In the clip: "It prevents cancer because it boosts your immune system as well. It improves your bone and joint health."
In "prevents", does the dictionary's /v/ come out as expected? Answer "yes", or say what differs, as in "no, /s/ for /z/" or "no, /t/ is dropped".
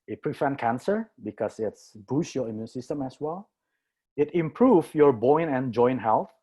no, /f/ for /v/